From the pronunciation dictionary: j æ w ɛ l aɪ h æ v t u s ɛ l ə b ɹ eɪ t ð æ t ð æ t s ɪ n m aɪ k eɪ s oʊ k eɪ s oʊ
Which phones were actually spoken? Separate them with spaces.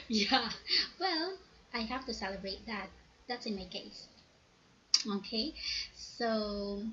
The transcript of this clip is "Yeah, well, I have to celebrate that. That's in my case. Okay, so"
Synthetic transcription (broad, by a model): j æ w ɛ l aɪ h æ f t u s ɛ l ə b ɹ eɪ t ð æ t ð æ t s ɪ n m aɪ k eɪ s oʊ k eɪ s oʊ